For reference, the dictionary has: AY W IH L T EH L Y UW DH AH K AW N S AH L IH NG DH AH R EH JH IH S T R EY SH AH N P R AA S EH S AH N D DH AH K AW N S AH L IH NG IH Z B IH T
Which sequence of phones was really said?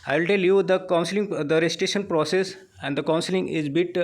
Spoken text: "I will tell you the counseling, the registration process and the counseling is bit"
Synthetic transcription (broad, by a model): AY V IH L T EH L Y UW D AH K AW N S AH L IH NG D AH R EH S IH T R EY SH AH N P R AA S EH S AH N D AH K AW N S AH L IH NG IH Z B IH T